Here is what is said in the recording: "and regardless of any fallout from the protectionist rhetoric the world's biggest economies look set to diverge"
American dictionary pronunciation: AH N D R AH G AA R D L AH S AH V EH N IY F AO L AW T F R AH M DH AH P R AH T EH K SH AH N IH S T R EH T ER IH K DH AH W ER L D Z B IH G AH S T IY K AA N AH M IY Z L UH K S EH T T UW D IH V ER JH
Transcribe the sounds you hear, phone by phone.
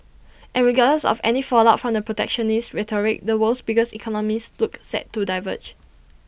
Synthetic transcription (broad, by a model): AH N R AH G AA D AH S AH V EH N IY F AO L AW T F R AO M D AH P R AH T EH K SH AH N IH S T R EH T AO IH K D AH W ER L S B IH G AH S IY K AA N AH M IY S L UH K S EH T T UW D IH V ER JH